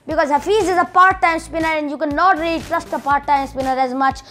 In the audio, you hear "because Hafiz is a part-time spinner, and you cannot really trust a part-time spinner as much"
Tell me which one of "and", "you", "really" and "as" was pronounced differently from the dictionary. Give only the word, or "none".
none